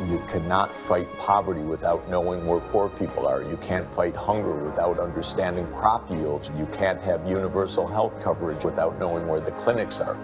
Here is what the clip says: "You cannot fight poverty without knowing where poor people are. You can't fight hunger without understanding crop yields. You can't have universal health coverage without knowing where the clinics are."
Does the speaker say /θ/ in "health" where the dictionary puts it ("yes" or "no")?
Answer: yes